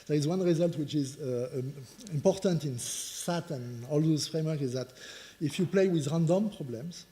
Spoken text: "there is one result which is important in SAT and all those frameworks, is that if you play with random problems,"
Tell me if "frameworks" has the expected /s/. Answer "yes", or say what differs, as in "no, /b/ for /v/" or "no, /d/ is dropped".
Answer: no, /s/ is dropped